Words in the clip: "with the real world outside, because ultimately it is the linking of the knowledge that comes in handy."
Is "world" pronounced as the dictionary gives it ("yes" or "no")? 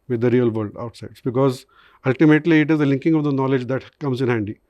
no